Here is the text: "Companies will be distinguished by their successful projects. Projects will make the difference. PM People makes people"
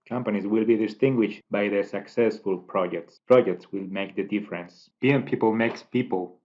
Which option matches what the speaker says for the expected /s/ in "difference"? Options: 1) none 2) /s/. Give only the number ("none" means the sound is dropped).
2